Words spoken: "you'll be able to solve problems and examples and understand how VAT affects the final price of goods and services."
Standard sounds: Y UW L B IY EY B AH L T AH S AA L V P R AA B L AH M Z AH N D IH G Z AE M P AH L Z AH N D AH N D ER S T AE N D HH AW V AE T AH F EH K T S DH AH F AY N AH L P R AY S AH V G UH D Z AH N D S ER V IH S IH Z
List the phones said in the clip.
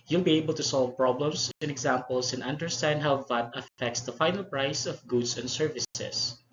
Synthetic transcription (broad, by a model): Y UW L B IY EY B AH L T AH S AA L V P R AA B L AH M S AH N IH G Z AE M P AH L S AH N AH N D ER S T AE N D HH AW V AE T AH F EH K T S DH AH F AY N AH L P R AY S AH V G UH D S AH N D S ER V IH S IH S